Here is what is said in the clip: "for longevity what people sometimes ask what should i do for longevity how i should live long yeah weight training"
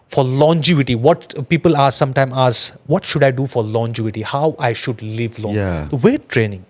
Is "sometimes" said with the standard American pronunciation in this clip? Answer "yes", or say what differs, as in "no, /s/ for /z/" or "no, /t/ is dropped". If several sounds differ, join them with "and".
no, /z/ is dropped